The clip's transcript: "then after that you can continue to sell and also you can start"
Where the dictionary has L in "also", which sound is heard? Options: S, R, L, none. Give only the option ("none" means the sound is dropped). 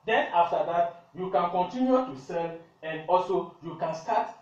L